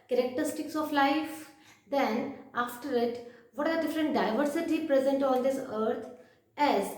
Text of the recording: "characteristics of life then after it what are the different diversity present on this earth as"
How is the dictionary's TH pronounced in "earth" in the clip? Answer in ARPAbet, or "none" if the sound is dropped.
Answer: T